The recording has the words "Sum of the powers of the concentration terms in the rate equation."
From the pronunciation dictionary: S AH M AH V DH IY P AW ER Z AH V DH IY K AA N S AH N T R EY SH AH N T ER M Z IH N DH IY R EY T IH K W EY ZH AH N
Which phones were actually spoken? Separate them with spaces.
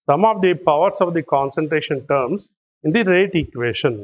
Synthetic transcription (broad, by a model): S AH M AH V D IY P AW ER S AH V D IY K AA N S AH N T R EY SH AH N T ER M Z IH N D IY R EY T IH K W EY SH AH N